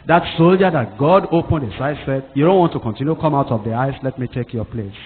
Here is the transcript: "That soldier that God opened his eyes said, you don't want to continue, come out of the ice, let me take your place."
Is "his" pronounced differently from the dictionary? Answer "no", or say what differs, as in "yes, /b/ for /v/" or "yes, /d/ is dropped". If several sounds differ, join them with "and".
yes, /s/ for /z/